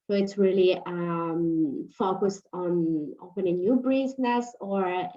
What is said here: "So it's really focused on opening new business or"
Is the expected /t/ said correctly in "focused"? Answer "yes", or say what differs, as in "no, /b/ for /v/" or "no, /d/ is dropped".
yes